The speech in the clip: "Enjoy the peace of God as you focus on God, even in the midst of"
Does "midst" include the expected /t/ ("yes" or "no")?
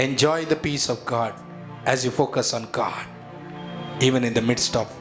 yes